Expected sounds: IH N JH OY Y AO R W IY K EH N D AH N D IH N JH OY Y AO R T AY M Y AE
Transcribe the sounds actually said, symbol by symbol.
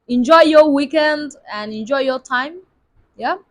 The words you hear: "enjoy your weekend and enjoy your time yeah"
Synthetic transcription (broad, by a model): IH N JH OY Y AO W IY K EH N D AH N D IH N JH OY Y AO T AY M Y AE